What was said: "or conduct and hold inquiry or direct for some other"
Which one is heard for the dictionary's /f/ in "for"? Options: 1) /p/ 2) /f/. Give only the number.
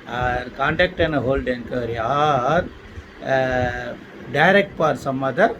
1